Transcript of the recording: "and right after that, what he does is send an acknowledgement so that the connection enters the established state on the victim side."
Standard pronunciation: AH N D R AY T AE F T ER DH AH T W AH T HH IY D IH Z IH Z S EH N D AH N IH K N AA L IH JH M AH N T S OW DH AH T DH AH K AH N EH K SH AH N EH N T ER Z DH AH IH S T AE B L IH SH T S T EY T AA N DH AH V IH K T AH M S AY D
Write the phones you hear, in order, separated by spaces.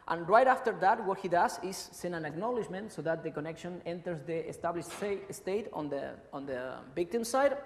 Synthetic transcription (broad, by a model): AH N R AY T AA F T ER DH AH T W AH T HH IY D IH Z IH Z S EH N AH N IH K N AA L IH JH M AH N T S OW DH AH T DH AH K AH N EH K SH AH N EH N T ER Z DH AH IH S T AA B L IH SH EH S T EY T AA N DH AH B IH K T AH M S AY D